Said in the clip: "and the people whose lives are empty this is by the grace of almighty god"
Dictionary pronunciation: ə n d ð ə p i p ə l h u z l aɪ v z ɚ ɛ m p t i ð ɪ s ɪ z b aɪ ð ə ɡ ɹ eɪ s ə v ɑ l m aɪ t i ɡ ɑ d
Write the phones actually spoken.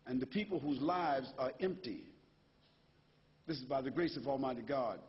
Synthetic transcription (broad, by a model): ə n ð ə p i p l h u z l aɪ v z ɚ ɛ m p t i ð ɪ s ɪ z b aɪ ð ə ɡ ɹ eɪ s ə v ɑ l m aɪ t i ɡ ɑ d